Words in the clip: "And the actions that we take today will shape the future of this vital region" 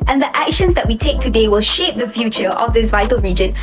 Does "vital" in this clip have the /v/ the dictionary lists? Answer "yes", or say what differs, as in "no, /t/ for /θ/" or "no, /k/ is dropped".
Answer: yes